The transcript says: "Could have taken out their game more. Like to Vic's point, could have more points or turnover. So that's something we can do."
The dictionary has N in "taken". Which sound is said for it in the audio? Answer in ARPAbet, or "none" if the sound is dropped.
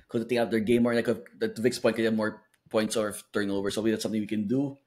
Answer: none